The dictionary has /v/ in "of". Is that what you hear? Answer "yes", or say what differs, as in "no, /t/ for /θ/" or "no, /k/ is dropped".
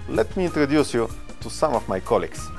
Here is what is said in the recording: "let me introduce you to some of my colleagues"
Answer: no, /f/ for /v/